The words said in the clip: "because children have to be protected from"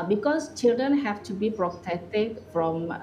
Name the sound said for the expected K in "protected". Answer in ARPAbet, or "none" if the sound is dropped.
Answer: none